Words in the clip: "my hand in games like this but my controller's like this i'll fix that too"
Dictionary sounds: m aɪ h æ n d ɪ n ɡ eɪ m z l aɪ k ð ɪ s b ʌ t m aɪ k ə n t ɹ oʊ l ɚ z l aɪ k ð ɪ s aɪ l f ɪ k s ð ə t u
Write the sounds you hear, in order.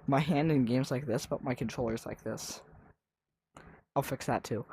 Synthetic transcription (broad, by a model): m aɪ h æ n d ɪ n ɡ eɪ m z l aɪ k ð ɪ s b ʌ t m aɪ k n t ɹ oʊ l ɚ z l aɪ k ð ɪ s aɪ l f ɪ k s ð ə t u